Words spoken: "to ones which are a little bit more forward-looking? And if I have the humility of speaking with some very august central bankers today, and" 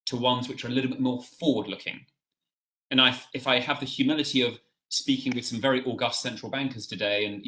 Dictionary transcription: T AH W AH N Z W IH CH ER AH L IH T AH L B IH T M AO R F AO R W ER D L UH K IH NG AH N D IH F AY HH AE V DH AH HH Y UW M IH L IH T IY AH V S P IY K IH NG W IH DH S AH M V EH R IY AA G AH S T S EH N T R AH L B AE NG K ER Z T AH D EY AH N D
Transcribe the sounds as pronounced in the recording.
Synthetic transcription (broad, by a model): T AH W AH N Z W IH CH ER AH L IH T L B IH T M AO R F AO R W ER D L UH K IH NG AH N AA IH F AY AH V DH AH HH Y UW M IH L IH T IY AH V S P IY K IH NG W IH DH S AH M V EH R IY AA G AH S T S EH N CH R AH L B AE NG K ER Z T AH D EY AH N